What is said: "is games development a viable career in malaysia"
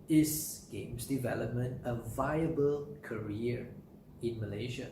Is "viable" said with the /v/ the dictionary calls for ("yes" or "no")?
yes